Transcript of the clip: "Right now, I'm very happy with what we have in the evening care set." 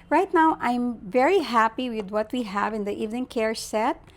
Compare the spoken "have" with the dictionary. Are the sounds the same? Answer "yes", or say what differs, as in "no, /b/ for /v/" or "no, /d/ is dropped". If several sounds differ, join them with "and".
yes